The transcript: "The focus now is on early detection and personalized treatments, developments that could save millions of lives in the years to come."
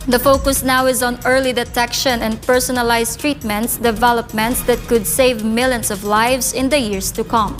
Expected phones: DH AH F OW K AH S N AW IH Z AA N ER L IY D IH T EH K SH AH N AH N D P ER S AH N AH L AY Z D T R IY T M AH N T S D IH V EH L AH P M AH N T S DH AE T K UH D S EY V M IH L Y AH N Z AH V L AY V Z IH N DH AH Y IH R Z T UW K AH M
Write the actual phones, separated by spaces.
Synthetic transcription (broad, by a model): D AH F OW K AH S N AW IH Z AA N ER L IY D IH T EH K SH AH N AH N D P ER S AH N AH L AY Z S T R IY T M AH N T S D IH V EH L AH P M AH N T S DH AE T K UH D S EY V M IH L Y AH N S AH V L AY V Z IH N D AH Y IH R S T UW K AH M